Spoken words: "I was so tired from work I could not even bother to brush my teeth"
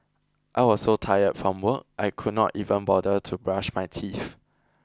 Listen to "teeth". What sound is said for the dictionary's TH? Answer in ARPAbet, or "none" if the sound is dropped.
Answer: F